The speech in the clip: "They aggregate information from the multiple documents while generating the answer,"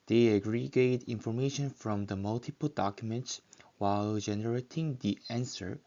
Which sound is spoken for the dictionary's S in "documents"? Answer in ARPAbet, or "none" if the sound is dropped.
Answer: S